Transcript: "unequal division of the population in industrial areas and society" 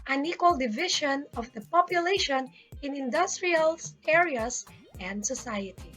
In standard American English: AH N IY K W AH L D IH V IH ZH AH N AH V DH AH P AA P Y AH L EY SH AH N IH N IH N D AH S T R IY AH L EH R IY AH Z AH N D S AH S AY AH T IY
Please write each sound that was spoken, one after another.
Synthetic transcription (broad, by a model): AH N IY K W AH L D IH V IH SH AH N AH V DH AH P AA P Y AH L EY SH AH N IH N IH N D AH S T R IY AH L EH R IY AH S AH N D S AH S AY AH T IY